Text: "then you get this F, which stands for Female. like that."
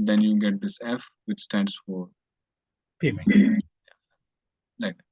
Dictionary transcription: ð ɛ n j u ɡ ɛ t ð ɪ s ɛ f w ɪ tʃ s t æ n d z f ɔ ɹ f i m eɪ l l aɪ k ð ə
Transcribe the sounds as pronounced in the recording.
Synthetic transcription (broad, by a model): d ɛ n j u ɡ ɛ t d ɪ s ɛ f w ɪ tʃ s t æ n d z f ɔ ɹ p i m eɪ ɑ l aɪ k